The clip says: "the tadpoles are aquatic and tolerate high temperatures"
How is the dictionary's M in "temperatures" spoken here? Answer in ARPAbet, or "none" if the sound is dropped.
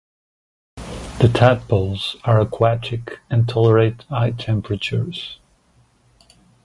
M